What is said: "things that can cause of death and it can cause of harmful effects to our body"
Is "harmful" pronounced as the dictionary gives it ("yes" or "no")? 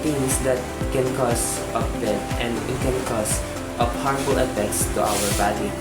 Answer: no